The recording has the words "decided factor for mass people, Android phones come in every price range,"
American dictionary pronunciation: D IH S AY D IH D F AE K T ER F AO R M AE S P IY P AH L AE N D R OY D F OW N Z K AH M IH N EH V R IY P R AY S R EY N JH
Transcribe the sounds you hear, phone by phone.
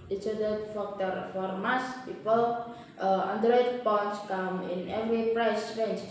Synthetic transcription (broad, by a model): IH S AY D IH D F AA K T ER F AO R M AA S P IY P AH L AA N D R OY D P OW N S K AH M IH N EH V R IY P R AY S R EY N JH